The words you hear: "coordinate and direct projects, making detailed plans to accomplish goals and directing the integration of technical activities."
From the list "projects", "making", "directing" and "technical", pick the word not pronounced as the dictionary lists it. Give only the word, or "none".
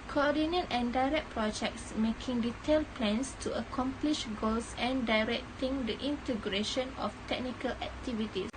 none